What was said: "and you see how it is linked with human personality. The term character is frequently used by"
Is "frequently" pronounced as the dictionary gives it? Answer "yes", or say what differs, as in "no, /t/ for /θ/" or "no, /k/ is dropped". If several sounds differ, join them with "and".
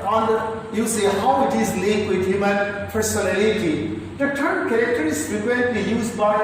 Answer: no, /p/ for /f/ and /l/ is dropped